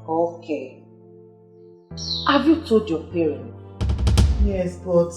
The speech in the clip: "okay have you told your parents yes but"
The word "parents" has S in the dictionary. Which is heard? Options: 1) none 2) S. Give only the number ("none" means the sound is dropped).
1